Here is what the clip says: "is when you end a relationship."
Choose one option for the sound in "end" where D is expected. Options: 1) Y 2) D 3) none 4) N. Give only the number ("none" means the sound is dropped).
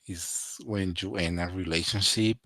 3